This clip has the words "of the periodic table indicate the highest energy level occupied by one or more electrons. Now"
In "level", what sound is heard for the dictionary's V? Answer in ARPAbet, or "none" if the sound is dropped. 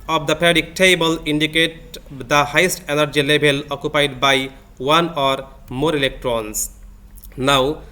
B